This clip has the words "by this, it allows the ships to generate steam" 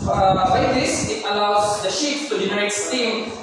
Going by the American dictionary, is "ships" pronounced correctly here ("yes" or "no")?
no